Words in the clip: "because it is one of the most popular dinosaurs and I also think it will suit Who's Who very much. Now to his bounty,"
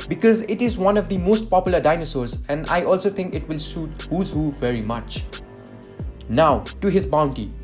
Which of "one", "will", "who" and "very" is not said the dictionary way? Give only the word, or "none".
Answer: none